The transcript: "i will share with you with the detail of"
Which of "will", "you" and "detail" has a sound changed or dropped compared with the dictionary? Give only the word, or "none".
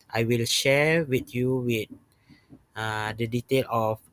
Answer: none